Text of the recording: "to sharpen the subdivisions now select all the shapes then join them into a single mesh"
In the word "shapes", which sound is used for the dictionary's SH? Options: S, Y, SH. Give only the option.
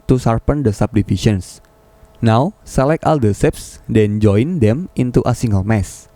S